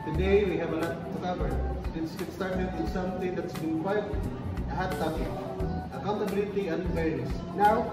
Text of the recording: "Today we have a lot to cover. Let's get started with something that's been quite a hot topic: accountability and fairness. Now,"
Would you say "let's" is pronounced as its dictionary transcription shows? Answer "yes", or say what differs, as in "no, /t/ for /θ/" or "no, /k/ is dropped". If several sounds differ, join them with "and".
no, /n/ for /l/